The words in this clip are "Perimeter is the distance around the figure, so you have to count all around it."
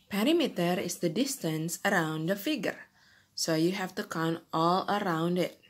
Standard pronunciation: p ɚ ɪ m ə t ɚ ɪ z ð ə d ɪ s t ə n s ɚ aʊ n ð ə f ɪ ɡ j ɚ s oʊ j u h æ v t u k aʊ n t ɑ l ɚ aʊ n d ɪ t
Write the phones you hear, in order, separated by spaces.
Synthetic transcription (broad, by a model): p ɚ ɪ m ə t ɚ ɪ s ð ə d ɪ s t ə n s ɚ aʊ n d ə f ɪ ɡ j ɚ s oʊ j u h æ f t u k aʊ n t ɑ l ɚ aʊ n d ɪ t